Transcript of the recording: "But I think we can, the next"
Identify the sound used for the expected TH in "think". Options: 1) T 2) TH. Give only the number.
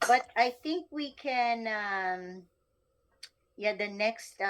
2